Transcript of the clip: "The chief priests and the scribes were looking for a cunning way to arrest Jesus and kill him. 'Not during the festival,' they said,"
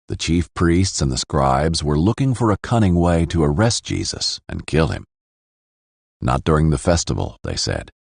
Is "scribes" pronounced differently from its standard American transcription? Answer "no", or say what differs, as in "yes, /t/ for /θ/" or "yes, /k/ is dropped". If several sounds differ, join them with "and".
no